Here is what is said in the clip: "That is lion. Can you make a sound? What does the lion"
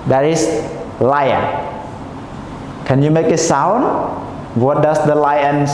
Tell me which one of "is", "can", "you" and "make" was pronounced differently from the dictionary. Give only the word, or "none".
is